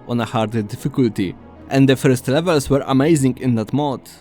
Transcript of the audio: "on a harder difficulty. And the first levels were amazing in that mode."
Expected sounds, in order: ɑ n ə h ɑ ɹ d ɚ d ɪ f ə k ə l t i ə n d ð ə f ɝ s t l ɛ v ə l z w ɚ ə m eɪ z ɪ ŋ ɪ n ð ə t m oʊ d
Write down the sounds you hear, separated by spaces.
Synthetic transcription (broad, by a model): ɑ n ə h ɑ ɹ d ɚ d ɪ f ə k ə l t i ə n d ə f ɝ s t l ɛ v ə l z w ɚ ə m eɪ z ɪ ŋ ɪ n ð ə t m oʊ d